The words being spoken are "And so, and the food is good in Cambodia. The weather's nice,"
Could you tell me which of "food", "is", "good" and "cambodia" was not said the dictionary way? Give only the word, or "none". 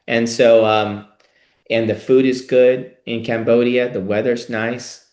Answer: none